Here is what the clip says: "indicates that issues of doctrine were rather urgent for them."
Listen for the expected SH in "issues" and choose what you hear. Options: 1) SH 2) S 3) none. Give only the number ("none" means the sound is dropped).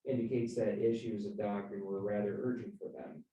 1